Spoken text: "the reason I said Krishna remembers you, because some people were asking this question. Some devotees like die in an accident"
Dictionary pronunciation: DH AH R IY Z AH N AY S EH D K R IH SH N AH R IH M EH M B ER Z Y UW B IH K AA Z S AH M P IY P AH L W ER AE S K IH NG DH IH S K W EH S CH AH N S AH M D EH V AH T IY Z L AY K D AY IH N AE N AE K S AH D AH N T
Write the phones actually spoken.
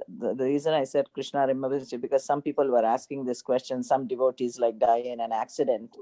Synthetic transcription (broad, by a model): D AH R IY Z AH N AY S EH D K R IH SH N AH R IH M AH B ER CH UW B IH K AA Z S AH M P IY P AH L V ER AE S K IH NG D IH S K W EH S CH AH N S AH M D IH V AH T IY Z L AY K D AY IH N AE N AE K S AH D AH N T